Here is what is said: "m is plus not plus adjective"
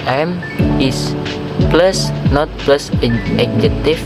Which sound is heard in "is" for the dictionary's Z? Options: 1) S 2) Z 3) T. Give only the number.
1